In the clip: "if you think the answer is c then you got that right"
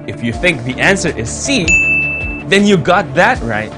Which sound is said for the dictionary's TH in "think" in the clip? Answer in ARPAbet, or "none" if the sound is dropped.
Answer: TH